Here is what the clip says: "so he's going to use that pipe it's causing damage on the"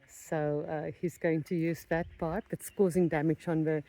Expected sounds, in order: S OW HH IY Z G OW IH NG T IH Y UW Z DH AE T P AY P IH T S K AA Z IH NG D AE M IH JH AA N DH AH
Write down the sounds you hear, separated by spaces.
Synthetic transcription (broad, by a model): S OW HH IY Z G OW IH NG T IH Y UW Z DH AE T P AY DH IH T S K AA Z IH NG D AE M IH JH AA N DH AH